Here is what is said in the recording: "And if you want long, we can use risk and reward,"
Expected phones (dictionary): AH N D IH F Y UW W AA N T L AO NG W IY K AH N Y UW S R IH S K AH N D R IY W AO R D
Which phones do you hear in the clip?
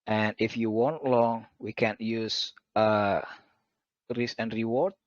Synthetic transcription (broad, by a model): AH N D IH F Y UW W AA N T L AO NG W IY K AH N Y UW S R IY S AH N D R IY W AO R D